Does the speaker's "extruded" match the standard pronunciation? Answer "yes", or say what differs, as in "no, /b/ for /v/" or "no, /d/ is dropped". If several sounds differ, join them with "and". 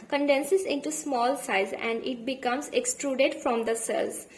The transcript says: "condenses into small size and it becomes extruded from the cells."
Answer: yes